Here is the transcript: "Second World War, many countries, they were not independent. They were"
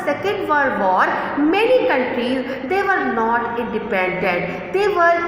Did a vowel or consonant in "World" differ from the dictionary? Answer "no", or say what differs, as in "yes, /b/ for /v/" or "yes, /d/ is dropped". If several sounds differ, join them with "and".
yes, /l/ is dropped